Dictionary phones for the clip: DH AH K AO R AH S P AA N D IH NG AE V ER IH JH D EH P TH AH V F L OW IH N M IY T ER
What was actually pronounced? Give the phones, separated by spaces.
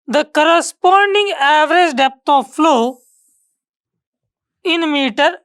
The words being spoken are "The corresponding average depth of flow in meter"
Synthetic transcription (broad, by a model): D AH K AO R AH S P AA N D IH NG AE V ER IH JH D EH P T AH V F L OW IH N M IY T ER